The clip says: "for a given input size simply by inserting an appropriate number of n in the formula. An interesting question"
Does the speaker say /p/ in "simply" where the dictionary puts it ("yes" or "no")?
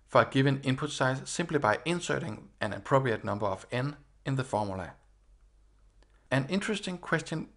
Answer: no